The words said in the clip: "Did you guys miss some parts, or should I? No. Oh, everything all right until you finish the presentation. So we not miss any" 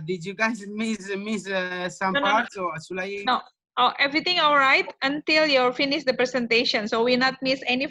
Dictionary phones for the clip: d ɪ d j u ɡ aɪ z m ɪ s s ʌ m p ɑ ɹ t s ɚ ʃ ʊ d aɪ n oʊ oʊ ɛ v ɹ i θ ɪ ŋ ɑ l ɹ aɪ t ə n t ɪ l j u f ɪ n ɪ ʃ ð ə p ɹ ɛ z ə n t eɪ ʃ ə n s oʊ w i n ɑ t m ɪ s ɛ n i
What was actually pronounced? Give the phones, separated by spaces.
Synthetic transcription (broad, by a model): d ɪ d j u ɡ aɪ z m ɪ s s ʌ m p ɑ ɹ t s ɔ s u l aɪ n oʊ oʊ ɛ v ɹ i t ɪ ŋ ɑ l ɹ aɪ t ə n t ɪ l j u f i n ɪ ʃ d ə p ɹ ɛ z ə n t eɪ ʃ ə n s oʊ w i n ɑ t m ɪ s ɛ n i